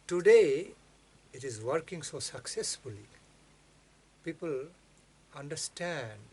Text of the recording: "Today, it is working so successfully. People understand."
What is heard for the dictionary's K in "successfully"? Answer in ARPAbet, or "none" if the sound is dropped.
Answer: K